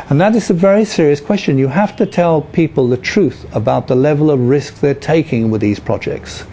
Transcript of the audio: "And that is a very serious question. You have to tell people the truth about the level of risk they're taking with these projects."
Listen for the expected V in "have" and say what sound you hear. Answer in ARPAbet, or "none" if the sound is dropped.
F